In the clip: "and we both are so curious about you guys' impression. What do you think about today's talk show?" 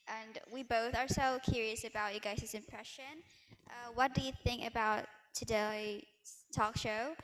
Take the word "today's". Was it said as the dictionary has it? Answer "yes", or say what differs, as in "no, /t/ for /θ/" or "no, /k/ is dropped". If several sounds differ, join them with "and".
no, /z/ is dropped